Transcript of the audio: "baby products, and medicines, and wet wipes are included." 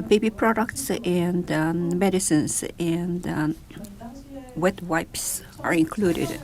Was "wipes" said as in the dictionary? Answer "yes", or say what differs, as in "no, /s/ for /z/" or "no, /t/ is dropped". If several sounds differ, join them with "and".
yes